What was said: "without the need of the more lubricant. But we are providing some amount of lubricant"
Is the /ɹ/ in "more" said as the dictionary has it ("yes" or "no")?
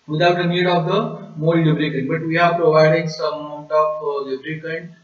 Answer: no